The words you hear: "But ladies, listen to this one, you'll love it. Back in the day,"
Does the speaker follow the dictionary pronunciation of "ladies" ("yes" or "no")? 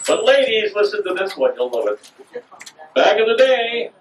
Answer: yes